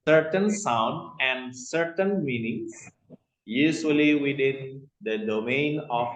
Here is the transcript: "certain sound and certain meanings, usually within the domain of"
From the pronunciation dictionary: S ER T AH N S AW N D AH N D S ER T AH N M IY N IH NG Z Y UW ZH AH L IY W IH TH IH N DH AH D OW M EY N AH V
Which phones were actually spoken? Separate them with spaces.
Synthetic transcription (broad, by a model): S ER T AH N S AW N D AH N D S ER T AH N M IY N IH NG S Y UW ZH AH L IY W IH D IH N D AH D OW M EY N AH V